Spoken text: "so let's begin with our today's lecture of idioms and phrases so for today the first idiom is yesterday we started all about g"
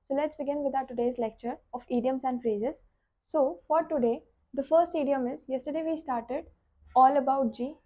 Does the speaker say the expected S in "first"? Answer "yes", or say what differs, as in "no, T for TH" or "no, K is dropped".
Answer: yes